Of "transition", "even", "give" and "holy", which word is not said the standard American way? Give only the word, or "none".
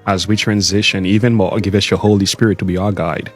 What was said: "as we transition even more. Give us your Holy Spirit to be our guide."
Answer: none